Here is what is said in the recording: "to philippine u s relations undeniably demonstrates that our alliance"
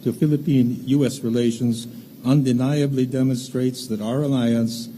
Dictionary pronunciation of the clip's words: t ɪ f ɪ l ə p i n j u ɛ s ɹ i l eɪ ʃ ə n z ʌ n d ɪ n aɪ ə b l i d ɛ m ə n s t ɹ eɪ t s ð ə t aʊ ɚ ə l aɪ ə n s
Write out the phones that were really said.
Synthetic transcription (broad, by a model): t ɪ f ɪ l ə p i n j u ɛ s ɹ i l eɪ ʃ ə n z ʌ n d ɪ n aɪ ə b l i d ɛ m ə n s t ɹ eɪ t s ð ə t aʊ ɚ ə l aɪ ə n s